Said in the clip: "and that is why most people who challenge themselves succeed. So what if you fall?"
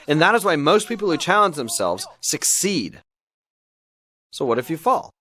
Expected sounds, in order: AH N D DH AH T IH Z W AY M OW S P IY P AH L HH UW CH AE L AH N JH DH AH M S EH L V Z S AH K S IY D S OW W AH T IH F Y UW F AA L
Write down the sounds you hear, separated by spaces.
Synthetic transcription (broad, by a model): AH N DH AH T IH Z W AY M OW S P IY P L HH UW CH AE L AH N JH DH AH M S EH L V Z S AH K S IY D S OW W AH T IH F Y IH F AA L